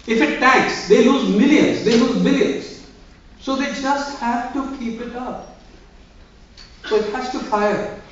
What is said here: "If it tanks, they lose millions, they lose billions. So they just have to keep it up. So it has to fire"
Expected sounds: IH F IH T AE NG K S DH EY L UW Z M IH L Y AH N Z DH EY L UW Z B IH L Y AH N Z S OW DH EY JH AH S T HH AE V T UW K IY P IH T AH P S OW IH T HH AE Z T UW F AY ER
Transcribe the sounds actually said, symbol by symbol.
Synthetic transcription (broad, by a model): IH F IH T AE K S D EY L UW Z M IH L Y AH N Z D EY L UW Z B IH L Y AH N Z S OW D EY JH AH S T HH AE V T UW K IY P IH T AH P S OW IH T HH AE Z T UW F AY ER